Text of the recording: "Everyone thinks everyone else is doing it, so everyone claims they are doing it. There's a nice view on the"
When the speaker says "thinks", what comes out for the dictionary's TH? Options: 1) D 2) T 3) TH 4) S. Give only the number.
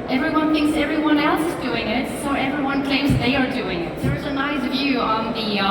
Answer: 3